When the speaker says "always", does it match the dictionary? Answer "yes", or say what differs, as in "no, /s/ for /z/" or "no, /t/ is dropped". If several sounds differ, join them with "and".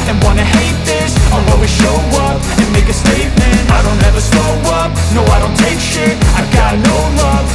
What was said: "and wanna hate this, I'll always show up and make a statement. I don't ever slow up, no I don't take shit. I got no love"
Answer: no, /l/ is dropped